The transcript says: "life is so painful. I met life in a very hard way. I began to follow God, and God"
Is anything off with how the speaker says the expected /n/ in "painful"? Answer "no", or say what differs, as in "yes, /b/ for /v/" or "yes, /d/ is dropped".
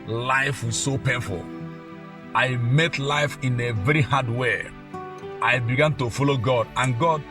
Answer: yes, /n/ is dropped